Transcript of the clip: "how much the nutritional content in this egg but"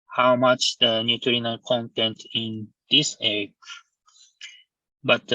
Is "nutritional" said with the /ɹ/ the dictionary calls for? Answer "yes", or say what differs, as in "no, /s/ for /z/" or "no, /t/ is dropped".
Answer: no, /ɹ/ is dropped